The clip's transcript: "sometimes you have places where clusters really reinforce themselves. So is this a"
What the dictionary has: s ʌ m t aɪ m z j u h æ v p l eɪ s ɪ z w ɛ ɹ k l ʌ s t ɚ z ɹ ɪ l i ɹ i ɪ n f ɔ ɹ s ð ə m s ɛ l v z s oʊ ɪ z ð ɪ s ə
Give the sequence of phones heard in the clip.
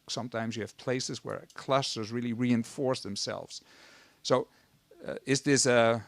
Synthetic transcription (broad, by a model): s ʌ m t aɪ m z j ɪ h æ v p l eɪ s ɪ z w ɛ ɹ k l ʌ s t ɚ z ɹ ɪ l i ɹ i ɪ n f ɔ ɹ s ð ə m s ɛ l v z s oʊ ɪ z ð ɪ s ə